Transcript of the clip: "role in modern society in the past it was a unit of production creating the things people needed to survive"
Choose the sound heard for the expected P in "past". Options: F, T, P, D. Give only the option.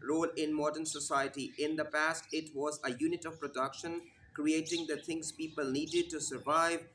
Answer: P